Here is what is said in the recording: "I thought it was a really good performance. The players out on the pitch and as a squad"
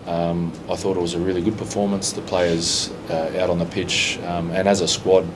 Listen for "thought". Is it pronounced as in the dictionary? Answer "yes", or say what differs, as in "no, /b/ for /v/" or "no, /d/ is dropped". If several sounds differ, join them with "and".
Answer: yes